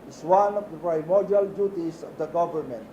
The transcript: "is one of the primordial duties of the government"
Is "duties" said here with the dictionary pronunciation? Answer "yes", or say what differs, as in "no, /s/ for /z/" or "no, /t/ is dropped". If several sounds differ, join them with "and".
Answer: no, /s/ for /z/